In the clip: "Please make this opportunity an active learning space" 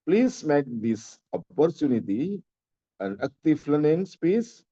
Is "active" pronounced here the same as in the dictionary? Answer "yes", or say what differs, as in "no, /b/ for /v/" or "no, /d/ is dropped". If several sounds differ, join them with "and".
no, /f/ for /v/